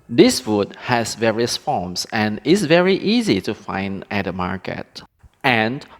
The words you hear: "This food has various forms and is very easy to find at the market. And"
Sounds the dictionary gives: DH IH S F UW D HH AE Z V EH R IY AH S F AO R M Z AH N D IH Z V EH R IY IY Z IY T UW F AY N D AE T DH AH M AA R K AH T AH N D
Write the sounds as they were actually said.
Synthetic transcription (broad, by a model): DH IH S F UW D HH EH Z V EH R IY AH S F AO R M S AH N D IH S V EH R IY IY Z IY T UW F AY N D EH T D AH M AA R K AH T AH N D